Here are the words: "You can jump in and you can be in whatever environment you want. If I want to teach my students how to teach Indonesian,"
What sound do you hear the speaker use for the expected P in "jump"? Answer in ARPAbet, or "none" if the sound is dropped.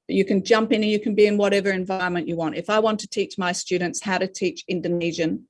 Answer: P